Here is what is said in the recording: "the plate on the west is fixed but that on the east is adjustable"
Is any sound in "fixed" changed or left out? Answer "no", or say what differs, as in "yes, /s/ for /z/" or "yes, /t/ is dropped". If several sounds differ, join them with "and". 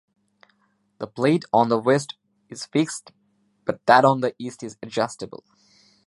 no